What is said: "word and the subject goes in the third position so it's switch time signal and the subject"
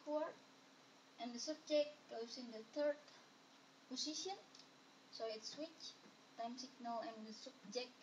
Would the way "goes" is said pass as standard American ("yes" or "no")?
no